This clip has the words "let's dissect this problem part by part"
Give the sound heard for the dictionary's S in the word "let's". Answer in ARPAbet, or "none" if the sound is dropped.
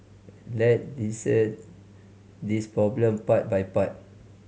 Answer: none